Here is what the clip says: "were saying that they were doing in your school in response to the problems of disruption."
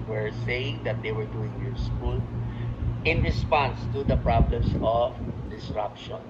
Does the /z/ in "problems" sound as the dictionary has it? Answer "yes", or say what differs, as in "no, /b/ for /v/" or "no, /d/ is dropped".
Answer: no, /s/ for /z/